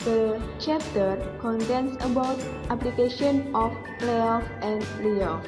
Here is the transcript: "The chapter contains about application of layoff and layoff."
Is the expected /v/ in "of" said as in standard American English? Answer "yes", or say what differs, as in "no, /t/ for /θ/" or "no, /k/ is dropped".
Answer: no, /p/ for /v/